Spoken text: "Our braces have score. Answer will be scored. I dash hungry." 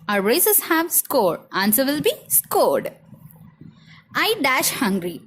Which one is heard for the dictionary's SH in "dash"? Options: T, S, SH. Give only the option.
SH